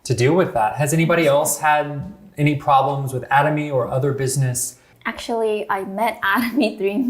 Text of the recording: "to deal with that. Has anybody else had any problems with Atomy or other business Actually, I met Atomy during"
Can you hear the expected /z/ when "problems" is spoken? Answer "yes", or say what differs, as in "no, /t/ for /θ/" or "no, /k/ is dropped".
yes